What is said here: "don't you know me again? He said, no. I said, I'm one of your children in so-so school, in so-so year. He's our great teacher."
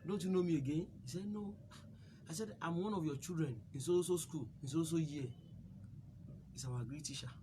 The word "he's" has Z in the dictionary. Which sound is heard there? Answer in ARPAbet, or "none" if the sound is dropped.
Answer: S